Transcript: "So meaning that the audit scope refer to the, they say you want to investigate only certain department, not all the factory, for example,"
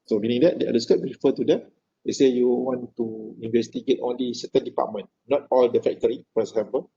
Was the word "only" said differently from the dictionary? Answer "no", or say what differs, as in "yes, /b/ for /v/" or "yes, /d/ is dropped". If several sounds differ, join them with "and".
no